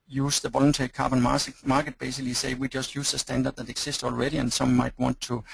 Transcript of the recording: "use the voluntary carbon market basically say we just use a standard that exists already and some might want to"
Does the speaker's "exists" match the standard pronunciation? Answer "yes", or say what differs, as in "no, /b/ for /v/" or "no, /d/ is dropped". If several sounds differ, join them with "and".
no, /s/ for /z/